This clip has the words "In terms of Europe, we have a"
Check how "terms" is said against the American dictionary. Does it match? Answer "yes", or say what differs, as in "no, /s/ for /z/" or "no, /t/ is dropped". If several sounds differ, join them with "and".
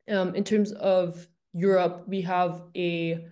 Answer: yes